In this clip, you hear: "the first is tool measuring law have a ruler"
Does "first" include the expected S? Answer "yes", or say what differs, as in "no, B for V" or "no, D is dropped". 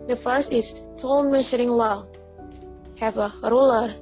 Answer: yes